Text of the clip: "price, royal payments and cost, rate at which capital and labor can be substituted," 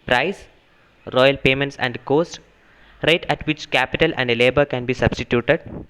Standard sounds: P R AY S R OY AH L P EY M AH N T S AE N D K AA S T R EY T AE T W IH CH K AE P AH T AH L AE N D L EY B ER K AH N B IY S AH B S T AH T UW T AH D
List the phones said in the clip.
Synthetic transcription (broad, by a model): P R AY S R OY AH L P EY M AH N T S AE N D K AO S T R EY T AE T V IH CH K AE P AH T AH L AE N D L EY B ER K AH N B IY S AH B S T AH T UW T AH D